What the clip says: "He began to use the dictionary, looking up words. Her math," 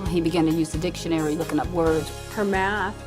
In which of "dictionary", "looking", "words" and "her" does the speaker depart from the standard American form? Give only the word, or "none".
words